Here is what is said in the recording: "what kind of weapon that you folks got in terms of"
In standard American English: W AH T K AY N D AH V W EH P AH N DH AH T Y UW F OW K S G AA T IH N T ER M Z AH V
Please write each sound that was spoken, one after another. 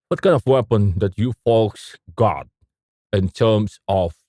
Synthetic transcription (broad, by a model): W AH T K AY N AH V W EH P AH N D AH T Y UW F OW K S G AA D IH N T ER M S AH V